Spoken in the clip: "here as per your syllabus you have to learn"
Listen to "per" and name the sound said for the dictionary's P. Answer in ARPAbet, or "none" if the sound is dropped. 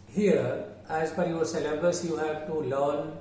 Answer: F